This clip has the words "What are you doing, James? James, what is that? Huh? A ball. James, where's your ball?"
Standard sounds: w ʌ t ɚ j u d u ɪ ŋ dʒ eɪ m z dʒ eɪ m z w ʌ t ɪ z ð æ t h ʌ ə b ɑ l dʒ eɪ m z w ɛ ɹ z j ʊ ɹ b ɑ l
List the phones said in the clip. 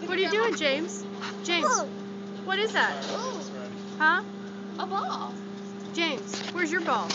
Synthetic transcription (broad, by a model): w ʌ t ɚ j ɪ d u ɪ ŋ dʒ eɪ m z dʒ eɪ z w ʌ t ɪ z ð æ t h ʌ ə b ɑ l dʒ eɪ m z w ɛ ɹ z j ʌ ɹ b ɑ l